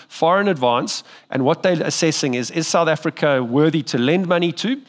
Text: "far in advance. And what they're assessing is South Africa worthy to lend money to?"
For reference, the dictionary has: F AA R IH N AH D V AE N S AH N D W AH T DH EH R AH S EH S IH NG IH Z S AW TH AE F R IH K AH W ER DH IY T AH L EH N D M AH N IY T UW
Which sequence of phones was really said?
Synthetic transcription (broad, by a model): F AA R IH N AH D V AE N S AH N W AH T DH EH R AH S EH S IH NG IH Z S AW TH AE F R IH K AH W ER DH IY T AH L EH N D M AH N IY T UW